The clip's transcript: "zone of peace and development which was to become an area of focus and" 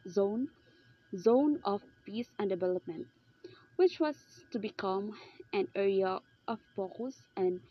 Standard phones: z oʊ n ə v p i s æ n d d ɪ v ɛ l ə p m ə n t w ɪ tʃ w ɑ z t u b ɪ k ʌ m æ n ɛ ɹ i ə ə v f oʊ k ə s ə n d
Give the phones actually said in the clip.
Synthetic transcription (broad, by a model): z oʊ n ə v p i s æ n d d ɪ v ɛ l ə p m ə n t w ɪ tʃ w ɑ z t u b ɪ k ʌ m æ n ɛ ɹ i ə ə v p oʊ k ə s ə n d